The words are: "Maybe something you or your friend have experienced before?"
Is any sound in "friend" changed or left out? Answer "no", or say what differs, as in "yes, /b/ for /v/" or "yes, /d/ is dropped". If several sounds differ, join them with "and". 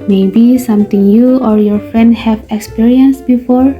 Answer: no